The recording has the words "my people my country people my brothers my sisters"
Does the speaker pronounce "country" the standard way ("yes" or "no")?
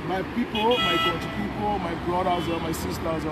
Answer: no